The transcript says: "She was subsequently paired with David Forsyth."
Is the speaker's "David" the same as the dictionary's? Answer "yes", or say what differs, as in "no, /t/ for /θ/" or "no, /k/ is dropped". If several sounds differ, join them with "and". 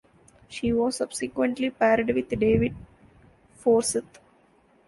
yes